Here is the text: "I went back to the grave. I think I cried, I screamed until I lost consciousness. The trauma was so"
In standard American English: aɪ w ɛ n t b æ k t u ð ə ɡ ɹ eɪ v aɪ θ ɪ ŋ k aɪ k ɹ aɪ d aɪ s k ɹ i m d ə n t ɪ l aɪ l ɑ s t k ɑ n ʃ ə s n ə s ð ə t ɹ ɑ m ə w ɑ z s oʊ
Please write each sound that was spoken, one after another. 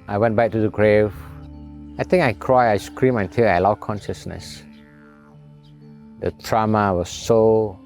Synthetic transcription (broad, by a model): aɪ w ɛ n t b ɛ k t u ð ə ɡ ɹ eɪ v aɪ t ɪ ŋ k aɪ k ɹ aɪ aɪ s k ɹ i m ə n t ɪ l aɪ l ɑ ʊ k ɑ n ʃ ə s n ə s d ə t ɹ ɑ m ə w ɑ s oʊ